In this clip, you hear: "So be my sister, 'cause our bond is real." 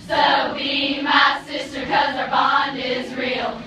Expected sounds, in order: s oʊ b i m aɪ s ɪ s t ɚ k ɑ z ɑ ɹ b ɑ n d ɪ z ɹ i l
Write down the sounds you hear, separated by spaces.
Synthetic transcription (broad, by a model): s oʊ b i m aɪ s ɪ s t ɚ k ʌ z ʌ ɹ b ɑ n d ɪ z ɹ i l